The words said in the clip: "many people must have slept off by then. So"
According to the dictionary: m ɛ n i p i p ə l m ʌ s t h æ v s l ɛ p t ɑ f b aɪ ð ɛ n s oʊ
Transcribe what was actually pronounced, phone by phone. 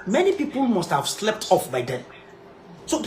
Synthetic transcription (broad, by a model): m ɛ n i p i p ə l m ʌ s t h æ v s l ɛ p t ɑ f b aɪ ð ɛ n s oʊ